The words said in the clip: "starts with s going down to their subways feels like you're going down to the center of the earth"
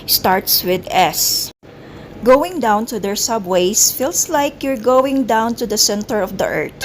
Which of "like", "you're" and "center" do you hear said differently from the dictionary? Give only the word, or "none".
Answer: none